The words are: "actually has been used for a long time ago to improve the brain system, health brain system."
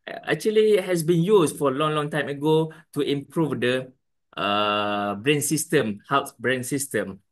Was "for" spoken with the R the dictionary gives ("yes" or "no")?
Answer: no